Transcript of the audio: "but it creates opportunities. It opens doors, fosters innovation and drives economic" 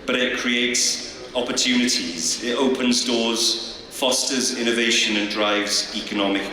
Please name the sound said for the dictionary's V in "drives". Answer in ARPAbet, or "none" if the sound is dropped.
V